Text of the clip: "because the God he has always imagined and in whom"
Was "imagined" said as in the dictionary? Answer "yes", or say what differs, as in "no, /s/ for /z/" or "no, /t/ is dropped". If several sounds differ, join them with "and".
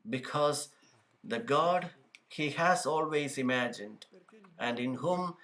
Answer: yes